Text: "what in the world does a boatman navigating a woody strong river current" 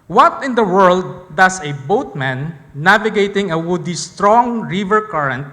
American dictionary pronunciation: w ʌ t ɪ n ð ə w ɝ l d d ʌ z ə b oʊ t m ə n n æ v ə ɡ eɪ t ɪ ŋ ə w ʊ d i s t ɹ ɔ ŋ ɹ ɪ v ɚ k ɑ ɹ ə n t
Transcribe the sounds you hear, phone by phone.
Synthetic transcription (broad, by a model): w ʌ t ɪ n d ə w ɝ l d d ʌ s ə b oʊ t m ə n n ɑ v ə ɡ eɪ t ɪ ŋ ə w ʊ d i s t ɹ ɔ ŋ ɹ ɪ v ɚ k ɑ ɹ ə n t